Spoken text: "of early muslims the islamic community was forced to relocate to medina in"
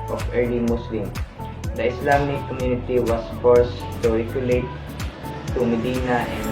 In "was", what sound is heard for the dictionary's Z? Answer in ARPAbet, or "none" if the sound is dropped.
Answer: S